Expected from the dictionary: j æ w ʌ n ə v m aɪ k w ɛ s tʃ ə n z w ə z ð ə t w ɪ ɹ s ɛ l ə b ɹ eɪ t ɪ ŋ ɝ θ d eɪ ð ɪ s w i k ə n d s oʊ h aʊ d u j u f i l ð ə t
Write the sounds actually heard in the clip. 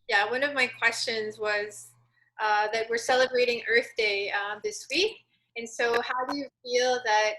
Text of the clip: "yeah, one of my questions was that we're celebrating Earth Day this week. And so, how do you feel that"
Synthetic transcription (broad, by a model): j æ w ʌ n ə v m aɪ k w ɛ s tʃ ə n z w ə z ð ə t w ɪ ɹ s ɛ l ə b ɹ eɪ t ɪ ŋ ɝ θ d eɪ ð ɪ s w i k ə n s oʊ h aʊ d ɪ j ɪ f i l ð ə t